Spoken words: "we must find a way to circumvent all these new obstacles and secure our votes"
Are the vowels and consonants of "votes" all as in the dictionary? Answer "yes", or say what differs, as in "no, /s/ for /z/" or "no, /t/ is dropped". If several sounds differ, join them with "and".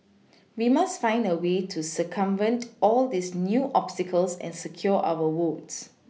no, /w/ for /v/